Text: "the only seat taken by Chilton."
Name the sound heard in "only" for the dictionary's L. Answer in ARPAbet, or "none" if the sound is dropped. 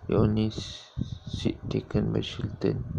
none